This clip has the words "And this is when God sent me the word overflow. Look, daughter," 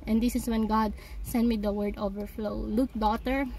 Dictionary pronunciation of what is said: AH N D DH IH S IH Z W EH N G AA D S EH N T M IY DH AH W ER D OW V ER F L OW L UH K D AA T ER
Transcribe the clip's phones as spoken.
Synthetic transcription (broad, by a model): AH N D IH S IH S W EH N G AA D S EH N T M IY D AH W ER D OW V ER F L OW L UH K D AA T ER